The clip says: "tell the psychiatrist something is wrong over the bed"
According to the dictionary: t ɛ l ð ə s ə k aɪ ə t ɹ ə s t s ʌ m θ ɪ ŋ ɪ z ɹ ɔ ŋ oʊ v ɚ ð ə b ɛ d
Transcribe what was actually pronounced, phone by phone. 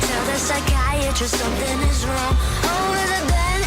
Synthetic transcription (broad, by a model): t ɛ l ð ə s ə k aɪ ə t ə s s ʌ m θ ɪ ŋ ɪ z ɹ ɔ ŋ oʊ ɚ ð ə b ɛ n